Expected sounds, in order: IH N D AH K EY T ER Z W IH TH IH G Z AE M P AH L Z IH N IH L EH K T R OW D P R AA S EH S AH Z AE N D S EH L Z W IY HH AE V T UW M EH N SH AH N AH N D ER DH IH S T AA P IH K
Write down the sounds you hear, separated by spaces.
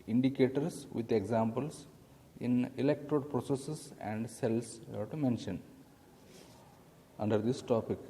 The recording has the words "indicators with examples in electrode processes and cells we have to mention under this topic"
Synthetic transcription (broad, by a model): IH N D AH K EY T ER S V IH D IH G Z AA M P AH L S IH N IH L EH K T R OW D P R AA S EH S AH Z AE N D S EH L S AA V T UW M EH N SH AH N AH N D ER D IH S T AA P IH K